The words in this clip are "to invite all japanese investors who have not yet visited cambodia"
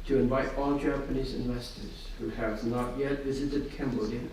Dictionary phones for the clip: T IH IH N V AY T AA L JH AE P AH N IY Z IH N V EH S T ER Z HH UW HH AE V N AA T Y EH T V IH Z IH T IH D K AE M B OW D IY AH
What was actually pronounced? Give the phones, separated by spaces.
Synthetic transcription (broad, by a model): T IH IH N V AY T AA L JH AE P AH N IY Z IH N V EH S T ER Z HH UW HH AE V N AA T Y EH T V IH Z IH T IH D K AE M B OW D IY